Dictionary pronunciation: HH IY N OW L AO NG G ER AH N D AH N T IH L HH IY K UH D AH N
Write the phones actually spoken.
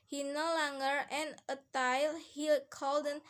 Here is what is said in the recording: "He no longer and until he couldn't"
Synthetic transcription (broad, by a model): HH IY N OW L AO NG G ER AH N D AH T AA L HH IY K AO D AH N